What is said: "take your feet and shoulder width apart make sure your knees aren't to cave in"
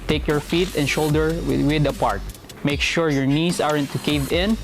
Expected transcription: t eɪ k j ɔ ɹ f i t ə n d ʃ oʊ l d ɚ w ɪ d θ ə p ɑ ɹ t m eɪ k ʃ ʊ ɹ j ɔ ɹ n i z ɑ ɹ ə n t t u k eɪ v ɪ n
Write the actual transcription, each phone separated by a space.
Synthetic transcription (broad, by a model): t eɪ k j ɔ ɹ f i t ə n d ʃ oʊ l d ɚ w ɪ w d ə p ɑ ɹ t m eɪ k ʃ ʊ ɹ j ɔ ɹ n i s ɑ ɹ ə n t t u k eɪ v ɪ n